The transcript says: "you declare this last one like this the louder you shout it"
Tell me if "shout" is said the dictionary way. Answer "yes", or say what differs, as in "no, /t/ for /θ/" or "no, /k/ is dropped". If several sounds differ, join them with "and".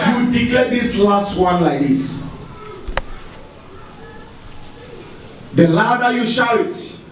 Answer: no, /t/ is dropped